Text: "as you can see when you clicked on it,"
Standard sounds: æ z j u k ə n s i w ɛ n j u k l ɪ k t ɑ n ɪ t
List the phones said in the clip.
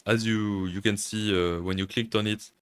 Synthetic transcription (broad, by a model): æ z j u k ə n s i w ɛ n j u k l ɪ k t ɑ n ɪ t